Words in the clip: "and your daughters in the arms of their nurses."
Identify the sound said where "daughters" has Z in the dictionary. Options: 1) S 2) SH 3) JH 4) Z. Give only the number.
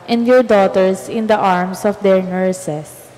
1